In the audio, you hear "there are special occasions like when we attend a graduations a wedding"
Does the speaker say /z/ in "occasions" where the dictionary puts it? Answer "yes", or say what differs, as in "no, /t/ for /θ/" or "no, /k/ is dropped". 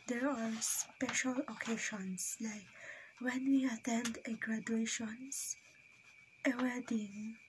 no, /s/ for /z/